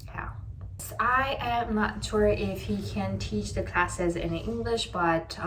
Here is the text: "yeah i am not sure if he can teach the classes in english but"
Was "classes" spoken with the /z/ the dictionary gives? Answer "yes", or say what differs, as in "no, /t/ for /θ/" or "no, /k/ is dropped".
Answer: yes